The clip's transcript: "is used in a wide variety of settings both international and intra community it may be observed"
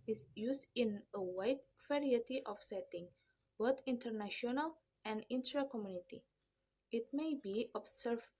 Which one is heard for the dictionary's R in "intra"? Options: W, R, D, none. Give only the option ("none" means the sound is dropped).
R